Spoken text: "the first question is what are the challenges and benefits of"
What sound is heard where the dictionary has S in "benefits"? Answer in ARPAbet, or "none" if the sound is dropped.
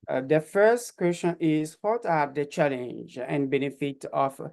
none